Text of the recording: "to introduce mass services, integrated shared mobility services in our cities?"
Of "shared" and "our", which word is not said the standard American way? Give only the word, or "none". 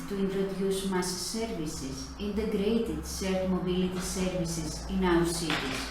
shared